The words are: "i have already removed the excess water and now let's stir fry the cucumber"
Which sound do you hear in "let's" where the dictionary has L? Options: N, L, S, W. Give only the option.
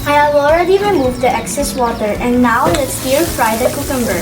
N